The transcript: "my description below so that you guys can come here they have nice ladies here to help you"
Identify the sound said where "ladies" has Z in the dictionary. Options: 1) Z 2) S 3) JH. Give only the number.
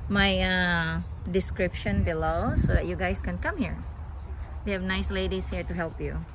2